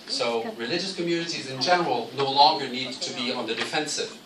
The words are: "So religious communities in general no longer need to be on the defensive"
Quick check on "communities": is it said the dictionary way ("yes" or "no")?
yes